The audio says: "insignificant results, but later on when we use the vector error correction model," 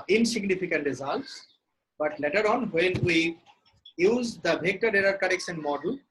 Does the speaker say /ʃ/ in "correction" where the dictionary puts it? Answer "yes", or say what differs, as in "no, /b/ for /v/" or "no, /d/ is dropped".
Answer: no, /s/ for /ʃ/